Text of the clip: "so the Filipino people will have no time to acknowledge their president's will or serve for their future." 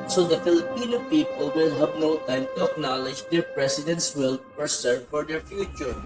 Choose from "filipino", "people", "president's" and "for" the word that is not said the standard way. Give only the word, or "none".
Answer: president's